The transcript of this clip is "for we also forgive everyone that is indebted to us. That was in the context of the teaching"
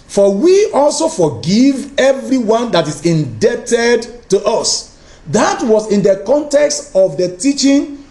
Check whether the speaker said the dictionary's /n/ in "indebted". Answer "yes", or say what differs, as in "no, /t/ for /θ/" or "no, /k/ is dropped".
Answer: yes